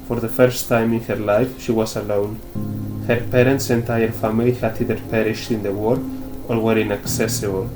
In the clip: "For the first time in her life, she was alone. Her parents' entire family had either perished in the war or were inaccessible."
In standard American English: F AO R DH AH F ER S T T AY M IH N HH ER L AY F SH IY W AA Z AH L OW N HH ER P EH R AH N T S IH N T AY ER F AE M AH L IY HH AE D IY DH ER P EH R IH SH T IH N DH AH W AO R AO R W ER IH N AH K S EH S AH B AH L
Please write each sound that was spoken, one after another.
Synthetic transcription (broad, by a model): F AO R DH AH F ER S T T AY M IH N HH ER L AY F SH IY W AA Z AH L OW N HH ER P EH R AH N T S IH N T AY ER F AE M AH L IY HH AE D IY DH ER P EH R IH SH T IH N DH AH W AO R AO R W ER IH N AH K S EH S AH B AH L